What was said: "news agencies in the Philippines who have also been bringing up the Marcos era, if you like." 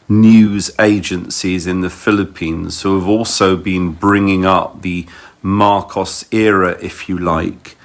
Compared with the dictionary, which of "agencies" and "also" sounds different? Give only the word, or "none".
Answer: none